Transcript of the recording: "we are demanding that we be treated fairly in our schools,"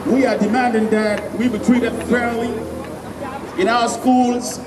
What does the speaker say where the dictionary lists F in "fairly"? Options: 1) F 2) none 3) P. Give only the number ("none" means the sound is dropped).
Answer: 3